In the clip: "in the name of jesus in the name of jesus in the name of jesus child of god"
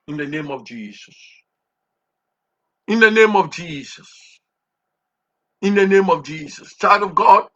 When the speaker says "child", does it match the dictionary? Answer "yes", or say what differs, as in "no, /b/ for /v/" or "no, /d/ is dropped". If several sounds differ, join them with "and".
no, /l/ is dropped